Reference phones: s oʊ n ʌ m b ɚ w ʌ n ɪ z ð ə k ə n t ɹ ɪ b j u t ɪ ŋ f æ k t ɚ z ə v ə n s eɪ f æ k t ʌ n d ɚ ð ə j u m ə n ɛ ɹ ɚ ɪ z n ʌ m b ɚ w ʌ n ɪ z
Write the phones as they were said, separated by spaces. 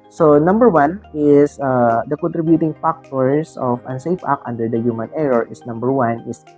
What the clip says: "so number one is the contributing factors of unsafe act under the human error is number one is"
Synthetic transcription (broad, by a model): s oʊ n ʌ m b ɚ w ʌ n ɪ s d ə k ə n t ɹ ɪ b j u t ɪ ŋ f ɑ k t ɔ s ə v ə n s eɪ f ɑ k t ʌ n d ɚ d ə j u m ə n ɛ ɹ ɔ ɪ s n ʌ m b ɚ w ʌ n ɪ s